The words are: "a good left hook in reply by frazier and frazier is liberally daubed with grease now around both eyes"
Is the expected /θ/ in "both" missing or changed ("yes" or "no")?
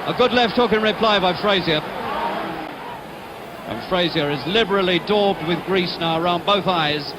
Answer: no